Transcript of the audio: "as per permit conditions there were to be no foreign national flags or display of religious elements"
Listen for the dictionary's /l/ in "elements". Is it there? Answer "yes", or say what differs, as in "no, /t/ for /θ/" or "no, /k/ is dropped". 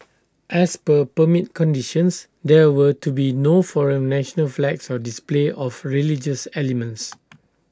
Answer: yes